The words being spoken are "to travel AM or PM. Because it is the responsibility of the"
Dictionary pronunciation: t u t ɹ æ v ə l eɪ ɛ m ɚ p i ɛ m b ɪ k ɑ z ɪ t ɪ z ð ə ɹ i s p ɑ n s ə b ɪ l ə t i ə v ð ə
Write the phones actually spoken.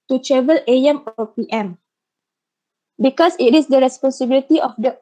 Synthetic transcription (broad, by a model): t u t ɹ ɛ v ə l eɪ ɛ m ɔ p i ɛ m b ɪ k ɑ s ɪ t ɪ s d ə ɹ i s p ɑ n s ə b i l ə t i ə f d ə